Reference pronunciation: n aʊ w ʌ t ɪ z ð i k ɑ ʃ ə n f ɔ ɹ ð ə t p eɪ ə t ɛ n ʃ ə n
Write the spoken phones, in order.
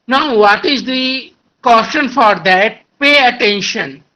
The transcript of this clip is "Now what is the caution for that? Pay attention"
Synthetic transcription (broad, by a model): n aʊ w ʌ t ɪ z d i k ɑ s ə n f ɔ ɹ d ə t p eɪ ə t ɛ n ʃ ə n